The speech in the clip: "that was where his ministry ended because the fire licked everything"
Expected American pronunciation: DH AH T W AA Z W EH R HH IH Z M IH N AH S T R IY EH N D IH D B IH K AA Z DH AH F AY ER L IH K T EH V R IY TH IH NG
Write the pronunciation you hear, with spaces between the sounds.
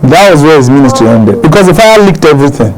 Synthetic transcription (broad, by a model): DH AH T W AA Z W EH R HH IH Z M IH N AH S T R IY EH N D IH D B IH K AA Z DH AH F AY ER L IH K T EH V R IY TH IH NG